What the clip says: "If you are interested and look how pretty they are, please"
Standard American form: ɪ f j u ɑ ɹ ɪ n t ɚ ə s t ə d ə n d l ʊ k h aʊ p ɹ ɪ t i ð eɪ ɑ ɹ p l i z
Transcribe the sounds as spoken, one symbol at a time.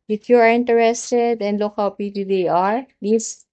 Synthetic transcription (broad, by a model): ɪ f j u ɑ ɹ ɪ n t ɚ ə s t ə d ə n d l ʊ k h aʊ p i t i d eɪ ɑ ɹ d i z